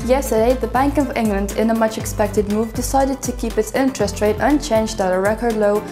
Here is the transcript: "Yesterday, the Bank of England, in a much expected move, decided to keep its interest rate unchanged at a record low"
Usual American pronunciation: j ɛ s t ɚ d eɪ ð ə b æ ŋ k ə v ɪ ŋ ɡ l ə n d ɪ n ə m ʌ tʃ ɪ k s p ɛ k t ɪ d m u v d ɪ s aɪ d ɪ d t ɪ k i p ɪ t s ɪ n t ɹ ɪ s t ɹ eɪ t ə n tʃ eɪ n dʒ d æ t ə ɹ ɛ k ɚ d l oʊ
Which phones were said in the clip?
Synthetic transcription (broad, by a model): j ɛ s t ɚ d eɪ ð ə b æ ŋ k ə v ɪ ŋ ɡ l ə n d ɪ n ə m ʌ tʃ ɪ k s p ɛ k t ɪ d m u v d ɪ s aɪ d ɪ d t ɪ k i p ɪ t s ɪ n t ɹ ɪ s t ɹ eɪ t ə n tʃ eɪ n dʒ d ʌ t ə ɹ ɛ k ɚ d l oʊ